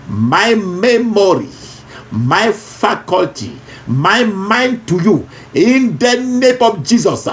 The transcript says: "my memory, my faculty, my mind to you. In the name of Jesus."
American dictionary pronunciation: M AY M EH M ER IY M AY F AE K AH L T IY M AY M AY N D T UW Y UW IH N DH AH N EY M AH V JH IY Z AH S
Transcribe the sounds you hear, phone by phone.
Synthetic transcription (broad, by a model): M AY M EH M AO IY M AY F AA K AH L T IY M AY M AY N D T UW Y UW IH N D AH N EY M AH F JH IY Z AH S